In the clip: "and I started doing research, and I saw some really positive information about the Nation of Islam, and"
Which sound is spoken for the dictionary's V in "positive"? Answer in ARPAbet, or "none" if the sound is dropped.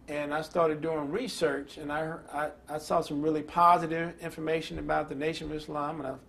V